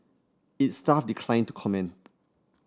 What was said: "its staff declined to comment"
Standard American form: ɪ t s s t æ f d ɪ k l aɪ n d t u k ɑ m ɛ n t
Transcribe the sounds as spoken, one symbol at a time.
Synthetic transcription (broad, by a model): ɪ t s s t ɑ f d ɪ k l aɪ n t u k ɑ m ɛ n t